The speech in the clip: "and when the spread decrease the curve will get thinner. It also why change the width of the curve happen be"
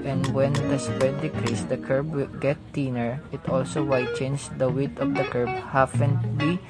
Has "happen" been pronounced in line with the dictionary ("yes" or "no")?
no